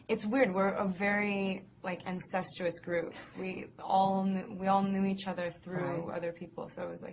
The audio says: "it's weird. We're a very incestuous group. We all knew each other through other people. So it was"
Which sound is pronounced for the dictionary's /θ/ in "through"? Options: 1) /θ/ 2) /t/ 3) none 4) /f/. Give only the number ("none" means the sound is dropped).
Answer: 1